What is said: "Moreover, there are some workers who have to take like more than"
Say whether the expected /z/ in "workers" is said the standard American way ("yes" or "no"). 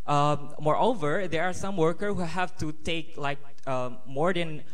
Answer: no